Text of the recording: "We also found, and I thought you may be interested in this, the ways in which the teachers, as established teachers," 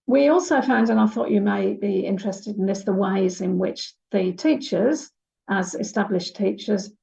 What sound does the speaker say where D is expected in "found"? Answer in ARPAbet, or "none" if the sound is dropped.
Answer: D